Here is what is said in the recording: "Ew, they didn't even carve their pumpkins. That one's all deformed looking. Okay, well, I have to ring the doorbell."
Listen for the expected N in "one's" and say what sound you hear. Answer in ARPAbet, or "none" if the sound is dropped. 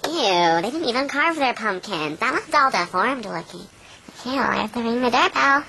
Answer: none